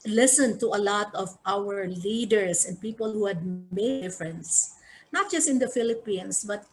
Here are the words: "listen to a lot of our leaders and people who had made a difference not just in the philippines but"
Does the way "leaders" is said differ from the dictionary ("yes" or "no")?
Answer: yes